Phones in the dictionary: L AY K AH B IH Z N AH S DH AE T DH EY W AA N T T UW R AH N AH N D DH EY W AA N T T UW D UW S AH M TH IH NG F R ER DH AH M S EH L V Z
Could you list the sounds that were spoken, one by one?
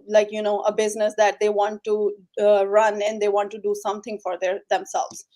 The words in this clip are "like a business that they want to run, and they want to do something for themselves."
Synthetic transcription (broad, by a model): L AY K AH B IH Z N AH S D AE T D EY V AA N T T UW R AH N AH N D EY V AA N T T UW D UW S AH M T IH NG F R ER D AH M S EH L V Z